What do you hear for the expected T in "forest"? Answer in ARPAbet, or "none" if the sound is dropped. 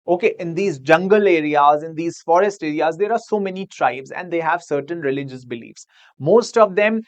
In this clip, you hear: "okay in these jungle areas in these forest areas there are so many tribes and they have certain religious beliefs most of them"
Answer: T